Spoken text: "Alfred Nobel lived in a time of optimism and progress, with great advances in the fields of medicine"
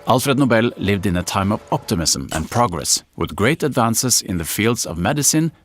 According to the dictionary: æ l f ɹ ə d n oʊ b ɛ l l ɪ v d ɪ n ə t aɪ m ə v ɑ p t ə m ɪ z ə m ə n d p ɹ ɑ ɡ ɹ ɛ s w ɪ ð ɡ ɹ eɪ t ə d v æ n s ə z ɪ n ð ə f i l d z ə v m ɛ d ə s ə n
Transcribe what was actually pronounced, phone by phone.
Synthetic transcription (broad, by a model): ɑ l f ɹ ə d n oʊ b ɛ l l ɪ v d ɪ n ə t aɪ m ə v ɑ p t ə m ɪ s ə m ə n p ɹ ɑ ɡ ɹ ɛ s w ɪ ð ɡ ɹ eɪ t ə d v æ n s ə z ɪ n ð ə f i l d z ə v m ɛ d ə s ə n